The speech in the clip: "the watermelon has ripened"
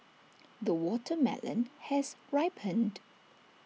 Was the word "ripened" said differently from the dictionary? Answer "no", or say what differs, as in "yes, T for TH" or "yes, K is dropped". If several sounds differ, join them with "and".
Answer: no